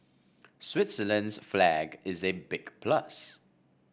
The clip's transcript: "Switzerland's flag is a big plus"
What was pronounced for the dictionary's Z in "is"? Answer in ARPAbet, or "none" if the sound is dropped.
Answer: Z